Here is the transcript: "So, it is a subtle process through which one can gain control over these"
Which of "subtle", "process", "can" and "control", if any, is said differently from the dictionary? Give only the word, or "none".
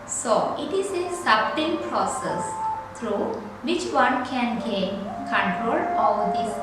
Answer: subtle